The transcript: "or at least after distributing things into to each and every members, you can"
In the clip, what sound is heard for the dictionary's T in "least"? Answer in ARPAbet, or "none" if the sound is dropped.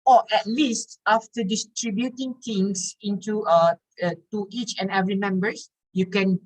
T